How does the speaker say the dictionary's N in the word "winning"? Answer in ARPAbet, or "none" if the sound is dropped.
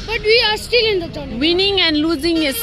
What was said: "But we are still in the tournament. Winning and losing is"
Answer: N